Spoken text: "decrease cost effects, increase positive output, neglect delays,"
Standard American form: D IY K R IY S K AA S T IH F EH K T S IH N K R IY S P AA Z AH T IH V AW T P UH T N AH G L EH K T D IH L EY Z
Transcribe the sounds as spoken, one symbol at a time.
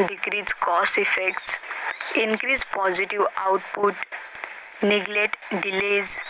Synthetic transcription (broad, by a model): D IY K R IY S K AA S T IH F EH K T S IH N K R IY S P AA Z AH T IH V AW T P UH T N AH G L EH T D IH L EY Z